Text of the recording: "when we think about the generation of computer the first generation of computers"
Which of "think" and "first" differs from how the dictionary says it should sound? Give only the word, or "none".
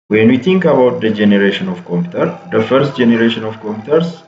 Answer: think